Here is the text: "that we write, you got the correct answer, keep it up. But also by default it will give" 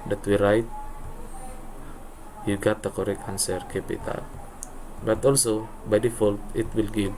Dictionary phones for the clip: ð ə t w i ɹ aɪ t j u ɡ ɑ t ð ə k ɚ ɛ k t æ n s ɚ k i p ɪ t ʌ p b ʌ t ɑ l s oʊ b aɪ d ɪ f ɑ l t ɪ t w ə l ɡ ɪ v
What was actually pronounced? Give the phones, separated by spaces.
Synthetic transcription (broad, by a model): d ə t w i ɹ aɪ t j u ɡ ɑ t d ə k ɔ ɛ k ɑ n s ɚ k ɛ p ɪ t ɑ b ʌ t ɑ l s oʊ b aɪ d ɪ f ɑ l t ɪ t w ə l ɡ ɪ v